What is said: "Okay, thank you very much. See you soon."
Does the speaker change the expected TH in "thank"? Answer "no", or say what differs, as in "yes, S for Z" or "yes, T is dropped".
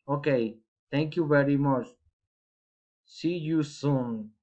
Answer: yes, T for TH